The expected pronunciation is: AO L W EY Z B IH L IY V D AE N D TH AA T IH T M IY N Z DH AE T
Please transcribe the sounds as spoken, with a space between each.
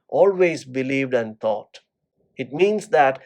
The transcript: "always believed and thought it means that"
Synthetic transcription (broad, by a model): AO L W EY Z B IH L IY V D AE N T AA T IH T M IY N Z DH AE T